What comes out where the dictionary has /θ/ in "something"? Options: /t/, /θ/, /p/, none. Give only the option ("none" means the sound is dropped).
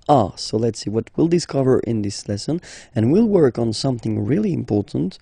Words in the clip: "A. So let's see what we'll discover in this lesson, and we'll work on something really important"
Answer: /θ/